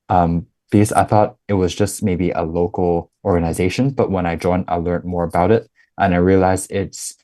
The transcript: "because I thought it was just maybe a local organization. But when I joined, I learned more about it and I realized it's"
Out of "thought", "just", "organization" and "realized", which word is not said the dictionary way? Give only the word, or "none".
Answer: realized